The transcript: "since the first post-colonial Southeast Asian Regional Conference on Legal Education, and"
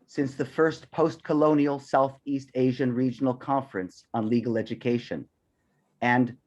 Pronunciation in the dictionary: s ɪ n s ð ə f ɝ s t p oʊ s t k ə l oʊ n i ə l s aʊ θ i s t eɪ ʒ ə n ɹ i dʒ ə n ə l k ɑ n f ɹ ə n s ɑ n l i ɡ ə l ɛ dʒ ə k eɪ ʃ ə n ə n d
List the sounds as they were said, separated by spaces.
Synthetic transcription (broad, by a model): s ɪ n s ð ə f ɝ s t p oʊ s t k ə l oʊ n i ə l s aʊ θ i s t eɪ ʒ ə n ɹ i dʒ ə n l k ɑ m f ɹ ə n s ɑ n l i ɡ l ɛ dʒ ə k eɪ ʃ ə n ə n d